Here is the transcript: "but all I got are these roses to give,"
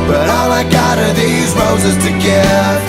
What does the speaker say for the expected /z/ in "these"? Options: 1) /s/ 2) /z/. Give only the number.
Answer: 2